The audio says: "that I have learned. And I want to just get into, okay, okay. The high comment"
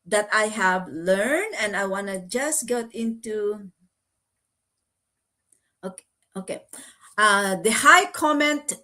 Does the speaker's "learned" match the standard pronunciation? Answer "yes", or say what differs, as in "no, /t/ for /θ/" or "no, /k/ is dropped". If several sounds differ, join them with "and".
yes